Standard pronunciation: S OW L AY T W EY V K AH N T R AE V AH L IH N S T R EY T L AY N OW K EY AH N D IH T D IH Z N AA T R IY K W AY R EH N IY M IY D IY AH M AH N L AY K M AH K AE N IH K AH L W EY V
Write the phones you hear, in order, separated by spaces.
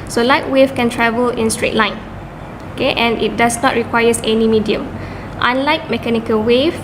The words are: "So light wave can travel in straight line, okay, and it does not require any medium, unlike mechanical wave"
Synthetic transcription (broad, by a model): S OW L AY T W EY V K AH N T R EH V AH L IH N S T R EY T L AY N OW K EY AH N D IH T D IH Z N AA T R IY K W AY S EH N IY M IY D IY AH M AH N L AY K M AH K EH N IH K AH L W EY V